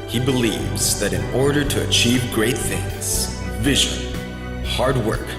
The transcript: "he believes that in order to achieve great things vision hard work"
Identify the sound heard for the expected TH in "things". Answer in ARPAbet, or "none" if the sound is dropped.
TH